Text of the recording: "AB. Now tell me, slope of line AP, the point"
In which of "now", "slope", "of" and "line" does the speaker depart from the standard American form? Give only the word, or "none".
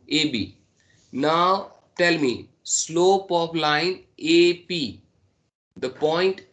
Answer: of